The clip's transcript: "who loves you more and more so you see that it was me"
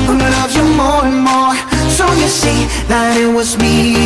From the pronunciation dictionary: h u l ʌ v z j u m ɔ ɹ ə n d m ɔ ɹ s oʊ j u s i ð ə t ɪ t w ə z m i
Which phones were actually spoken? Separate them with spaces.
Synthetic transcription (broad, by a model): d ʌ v j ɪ m ɔ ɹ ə n m ɔ ɹ s oʊ j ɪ s i ð ə t ɪ t w ə z m i